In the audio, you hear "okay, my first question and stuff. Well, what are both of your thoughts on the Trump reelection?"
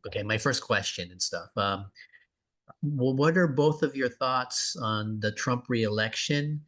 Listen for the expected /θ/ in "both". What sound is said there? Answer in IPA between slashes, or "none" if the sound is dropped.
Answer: /θ/